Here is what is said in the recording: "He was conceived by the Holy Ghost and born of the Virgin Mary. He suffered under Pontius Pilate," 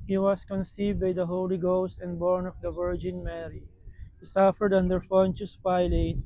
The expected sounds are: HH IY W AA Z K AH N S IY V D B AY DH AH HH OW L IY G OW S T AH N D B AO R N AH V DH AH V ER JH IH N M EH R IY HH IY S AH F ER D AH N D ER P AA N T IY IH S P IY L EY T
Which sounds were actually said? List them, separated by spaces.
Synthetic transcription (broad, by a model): HH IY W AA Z K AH N S IY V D B AY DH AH HH OW L IY G OW S T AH N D B AO R N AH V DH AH V ER JH IH N M EH R IY HH IY S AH F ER D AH N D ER F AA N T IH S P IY L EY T